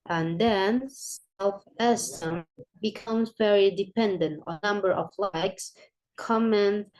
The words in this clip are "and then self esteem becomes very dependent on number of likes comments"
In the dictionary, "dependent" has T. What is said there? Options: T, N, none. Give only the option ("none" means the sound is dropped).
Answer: T